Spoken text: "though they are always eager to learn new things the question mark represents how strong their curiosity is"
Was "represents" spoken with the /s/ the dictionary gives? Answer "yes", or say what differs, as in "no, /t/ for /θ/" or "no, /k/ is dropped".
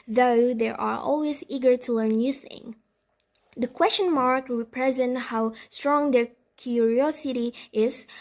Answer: no, /s/ is dropped